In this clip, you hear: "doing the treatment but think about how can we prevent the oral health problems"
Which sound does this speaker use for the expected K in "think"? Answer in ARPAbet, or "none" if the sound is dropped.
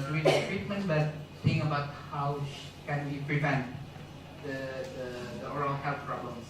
none